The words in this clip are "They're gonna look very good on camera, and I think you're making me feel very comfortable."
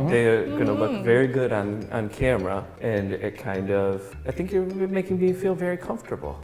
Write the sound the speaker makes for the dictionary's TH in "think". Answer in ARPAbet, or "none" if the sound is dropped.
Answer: TH